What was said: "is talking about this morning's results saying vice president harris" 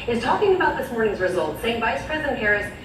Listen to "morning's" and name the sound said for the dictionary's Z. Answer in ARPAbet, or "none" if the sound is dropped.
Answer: Z